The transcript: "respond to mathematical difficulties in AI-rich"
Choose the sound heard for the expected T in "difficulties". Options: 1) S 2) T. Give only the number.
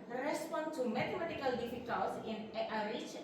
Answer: 1